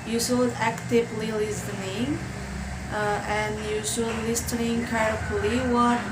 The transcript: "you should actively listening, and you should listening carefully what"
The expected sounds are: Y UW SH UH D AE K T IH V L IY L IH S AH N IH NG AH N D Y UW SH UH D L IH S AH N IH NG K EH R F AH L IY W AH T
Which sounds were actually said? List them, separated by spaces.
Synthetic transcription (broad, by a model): Y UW S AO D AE K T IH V L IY L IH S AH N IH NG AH N Y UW S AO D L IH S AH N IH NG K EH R AH L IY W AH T